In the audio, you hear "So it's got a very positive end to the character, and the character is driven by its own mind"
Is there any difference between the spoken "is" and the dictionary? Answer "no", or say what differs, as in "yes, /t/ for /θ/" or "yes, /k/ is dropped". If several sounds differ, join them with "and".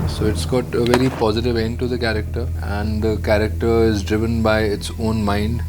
no